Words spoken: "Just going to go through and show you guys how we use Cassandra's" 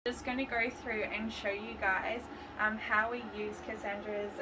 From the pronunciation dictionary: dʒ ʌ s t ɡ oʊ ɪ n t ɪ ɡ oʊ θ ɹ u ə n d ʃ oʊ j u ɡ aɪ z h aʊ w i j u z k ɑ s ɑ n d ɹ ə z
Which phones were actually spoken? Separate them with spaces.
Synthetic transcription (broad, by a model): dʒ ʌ s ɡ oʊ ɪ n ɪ ɡ oʊ θ ɹ u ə n ʃ oʊ j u ɡ aɪ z h aʊ w i j u z k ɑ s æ n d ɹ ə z